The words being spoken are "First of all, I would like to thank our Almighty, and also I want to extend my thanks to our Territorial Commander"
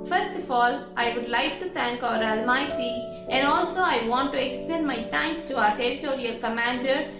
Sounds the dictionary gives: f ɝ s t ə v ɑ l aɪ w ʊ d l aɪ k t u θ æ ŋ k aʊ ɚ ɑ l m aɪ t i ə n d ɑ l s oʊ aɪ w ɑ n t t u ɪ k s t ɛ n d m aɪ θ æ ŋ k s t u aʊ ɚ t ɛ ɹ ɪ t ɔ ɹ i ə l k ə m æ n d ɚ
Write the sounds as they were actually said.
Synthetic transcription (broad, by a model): f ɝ s t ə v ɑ l aɪ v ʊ d l aɪ k t u t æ ŋ k aʊ ɚ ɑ l m aɪ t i ə n d ɑ l s oʊ aɪ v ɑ n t t u ɪ k s t ɛ n d m aɪ t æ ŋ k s t u aʊ ɚ t ɛ ɹ ɪ t ɔ ɹ i ə l k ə m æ n d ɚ